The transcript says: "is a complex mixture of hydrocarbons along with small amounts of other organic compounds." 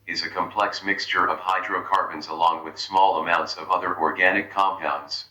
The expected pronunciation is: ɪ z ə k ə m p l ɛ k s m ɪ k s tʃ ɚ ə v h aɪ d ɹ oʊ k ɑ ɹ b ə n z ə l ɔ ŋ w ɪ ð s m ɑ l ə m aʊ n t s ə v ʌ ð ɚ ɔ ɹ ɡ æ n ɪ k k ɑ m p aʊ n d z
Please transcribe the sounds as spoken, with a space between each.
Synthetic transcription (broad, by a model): ɪ z ə k ə m p l ɛ k s m ɪ k s tʃ ɚ ə v h aɪ d ɹ oʊ k ɑ ɹ b ə n z ə l ɔ ŋ w ɪ ð s m ɑ l ə m aʊ n t s ə v ʌ ð ɚ ɔ ɹ ɡ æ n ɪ k k ɑ m p aʊ n d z